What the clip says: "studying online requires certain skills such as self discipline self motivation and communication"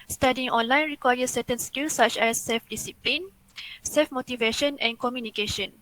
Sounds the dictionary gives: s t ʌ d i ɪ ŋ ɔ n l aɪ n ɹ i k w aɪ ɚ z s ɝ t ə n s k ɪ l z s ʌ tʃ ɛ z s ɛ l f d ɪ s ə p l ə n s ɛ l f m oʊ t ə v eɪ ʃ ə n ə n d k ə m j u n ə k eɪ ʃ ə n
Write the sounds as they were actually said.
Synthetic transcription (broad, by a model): s t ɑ d i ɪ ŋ ɔ n l aɪ n ɹ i k w aɪ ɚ s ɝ t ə n s k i l s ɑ tʃ ɛ s ɛ l f d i s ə p l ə n s ɛ l f m oʊ t ə v eɪ ʃ ə n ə n k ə m j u n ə k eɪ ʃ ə n